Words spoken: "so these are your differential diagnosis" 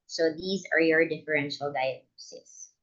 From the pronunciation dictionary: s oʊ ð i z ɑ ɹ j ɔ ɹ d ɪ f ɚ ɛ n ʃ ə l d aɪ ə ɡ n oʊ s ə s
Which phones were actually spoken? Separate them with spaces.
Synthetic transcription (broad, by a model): s oʊ ð i z ɑ ɹ j ɔ ɹ d ɪ f ɚ ɛ n ʃ ə l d aɪ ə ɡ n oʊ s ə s